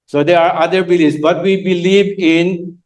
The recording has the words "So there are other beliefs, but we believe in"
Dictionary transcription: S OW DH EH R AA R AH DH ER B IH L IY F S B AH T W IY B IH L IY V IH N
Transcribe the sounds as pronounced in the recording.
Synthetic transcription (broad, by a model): S OW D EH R AA R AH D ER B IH L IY S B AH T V IY B IH L IY V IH N